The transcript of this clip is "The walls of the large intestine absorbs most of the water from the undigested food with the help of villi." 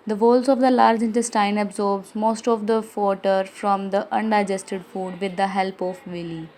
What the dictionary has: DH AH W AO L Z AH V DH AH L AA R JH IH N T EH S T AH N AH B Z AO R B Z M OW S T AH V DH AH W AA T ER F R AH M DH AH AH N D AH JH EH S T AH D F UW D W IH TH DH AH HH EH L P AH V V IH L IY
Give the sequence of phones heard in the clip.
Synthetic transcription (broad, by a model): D AH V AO L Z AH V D AH L AA R JH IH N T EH S T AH N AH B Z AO R B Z M OW S T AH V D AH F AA T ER F R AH M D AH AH N D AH JH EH S T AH D F UW D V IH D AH HH EH L P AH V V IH L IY